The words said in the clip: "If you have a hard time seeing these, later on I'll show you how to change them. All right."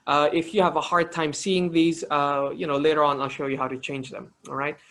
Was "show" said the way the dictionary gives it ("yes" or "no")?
yes